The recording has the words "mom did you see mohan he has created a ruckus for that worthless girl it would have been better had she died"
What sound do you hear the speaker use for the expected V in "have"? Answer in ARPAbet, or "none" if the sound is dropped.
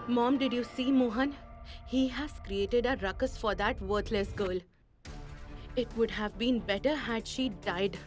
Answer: V